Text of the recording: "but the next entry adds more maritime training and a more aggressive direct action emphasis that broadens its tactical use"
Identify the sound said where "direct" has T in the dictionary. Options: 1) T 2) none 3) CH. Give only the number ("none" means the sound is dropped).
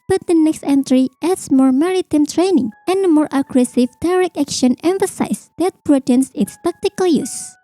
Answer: 2